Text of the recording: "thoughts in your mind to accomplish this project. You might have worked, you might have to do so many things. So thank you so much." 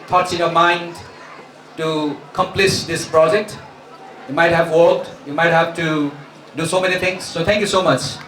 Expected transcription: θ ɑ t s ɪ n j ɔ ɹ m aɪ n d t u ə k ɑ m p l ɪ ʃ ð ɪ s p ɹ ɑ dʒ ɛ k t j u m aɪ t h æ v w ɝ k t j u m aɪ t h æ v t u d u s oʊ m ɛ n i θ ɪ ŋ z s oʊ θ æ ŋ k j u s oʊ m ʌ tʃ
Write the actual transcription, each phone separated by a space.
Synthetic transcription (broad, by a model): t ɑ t s ɪ n j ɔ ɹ m aɪ n d t u k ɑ m p l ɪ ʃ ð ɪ s p ɹ ɑ dʒ ɛ k t j u m aɪ t h æ v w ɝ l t j u m aɪ t h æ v t u d u s oʊ m ɛ n i t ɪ ŋ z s oʊ t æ ŋ k j u s oʊ m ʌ tʃ